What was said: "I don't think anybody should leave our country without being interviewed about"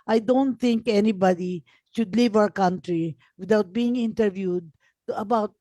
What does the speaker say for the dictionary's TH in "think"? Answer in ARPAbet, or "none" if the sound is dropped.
T